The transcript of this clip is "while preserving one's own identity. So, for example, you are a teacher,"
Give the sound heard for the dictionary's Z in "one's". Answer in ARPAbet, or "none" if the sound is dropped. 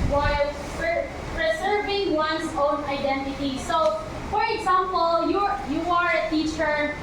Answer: S